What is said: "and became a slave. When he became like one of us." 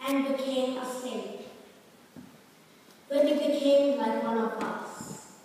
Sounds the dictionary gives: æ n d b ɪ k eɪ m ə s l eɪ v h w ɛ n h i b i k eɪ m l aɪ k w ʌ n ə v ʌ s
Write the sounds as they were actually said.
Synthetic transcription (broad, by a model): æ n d b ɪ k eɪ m ə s eɪ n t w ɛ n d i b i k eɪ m w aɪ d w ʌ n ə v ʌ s